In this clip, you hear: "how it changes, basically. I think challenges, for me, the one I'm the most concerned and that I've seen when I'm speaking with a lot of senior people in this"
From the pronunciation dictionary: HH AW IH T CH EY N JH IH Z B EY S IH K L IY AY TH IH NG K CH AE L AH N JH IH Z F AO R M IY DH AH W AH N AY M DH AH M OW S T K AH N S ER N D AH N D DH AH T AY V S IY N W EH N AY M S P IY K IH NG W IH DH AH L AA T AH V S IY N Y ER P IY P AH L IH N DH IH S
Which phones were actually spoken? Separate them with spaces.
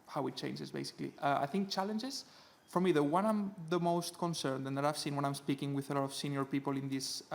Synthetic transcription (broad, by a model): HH AW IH T CH EY N JH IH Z B EY S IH K L IY AY TH IH NG K CH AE L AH N JH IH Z F AO R M IY DH AH W AH N AY M DH AH M OW S T K AH N S ER N D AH N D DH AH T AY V S IY N W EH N AY M S P IY K IH NG W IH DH AH L AA T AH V S IY N Y ER P IY P AH L IH N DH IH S